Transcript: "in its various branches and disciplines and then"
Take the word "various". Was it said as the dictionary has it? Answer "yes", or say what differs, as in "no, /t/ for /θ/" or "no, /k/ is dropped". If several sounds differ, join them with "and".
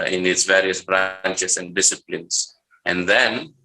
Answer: yes